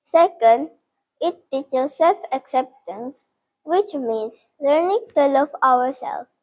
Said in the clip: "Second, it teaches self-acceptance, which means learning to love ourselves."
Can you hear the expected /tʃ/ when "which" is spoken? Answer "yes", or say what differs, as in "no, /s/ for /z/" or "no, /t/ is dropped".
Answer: yes